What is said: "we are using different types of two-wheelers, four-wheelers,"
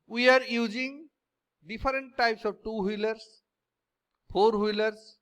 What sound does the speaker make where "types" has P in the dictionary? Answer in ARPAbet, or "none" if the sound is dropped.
P